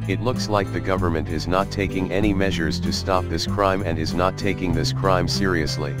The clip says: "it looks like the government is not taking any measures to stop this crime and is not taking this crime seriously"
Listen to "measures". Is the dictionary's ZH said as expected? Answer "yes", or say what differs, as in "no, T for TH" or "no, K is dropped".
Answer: yes